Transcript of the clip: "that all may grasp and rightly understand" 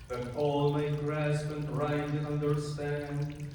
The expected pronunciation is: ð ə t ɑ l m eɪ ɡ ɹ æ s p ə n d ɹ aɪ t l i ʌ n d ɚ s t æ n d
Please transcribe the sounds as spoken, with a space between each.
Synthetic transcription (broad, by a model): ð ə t ɑ l m eɪ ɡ ɹ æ s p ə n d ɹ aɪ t i ʌ n d ɚ s t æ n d